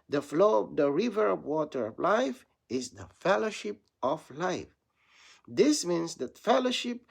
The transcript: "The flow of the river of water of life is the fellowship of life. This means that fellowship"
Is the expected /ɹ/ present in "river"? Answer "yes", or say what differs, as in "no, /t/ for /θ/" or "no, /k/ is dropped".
yes